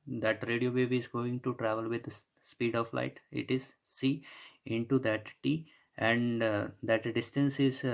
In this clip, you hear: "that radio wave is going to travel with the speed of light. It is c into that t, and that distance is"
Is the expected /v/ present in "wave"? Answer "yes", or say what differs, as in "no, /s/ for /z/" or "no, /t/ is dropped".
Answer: no, /b/ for /v/